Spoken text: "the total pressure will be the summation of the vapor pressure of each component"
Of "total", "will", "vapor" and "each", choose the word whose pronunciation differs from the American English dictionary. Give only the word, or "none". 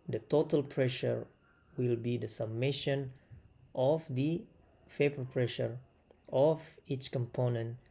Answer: vapor